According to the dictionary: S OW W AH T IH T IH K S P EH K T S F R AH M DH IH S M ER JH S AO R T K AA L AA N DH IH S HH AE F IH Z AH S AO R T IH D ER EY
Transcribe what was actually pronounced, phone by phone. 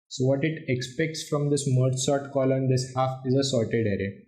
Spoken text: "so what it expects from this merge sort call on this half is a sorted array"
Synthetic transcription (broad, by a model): S OW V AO T IH T IH K S P EH K T S F R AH M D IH S M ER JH S AO R T K AA L AA N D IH S HH AE F IH Z AH S AO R T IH D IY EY